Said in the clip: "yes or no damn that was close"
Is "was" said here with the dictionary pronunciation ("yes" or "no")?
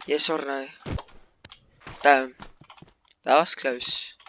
no